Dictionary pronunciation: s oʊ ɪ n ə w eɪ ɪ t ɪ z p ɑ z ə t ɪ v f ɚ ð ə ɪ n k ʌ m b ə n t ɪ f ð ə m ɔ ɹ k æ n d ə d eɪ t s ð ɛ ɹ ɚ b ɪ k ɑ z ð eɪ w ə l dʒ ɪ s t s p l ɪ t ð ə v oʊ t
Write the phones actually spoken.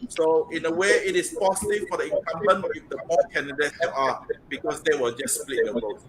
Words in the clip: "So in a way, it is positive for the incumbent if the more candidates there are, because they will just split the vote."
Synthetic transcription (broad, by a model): s oʊ ɪ n ə w eɪ ɪ t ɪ s p ɑ s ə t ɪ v f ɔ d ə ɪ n k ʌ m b ə n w ɪ f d ə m ɔ k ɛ n d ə d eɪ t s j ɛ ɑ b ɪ k ɑ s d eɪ w ə l dʒ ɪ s s p l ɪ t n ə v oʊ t